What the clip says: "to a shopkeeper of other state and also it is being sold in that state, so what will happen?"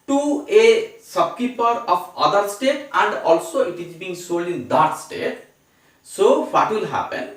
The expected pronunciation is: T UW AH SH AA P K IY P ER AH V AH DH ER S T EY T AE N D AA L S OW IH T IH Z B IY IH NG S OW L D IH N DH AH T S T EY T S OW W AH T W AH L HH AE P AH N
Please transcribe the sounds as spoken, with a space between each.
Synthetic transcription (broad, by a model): T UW AH S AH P K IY P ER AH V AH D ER S T EY T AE N D AA L S OW IH T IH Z B IY IH NG S OW L D IH N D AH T S T EY T S OW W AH T W AH L HH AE P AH N